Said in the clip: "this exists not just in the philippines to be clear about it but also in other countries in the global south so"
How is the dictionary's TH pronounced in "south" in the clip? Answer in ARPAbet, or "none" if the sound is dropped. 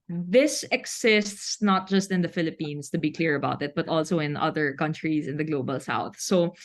TH